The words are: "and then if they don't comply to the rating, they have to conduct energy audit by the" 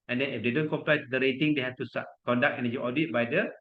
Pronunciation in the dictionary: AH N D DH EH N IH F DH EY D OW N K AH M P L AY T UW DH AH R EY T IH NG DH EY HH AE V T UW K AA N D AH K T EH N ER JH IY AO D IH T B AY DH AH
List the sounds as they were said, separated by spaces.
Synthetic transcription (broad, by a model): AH N D EH N IH F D EY D OW N K AH M P L AY T UW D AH R EY T IH NG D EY HH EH F T UW K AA N D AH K EH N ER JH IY AO D IH T B AY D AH